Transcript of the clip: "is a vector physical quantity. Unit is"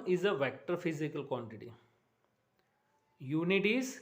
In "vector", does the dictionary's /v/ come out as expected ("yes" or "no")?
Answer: yes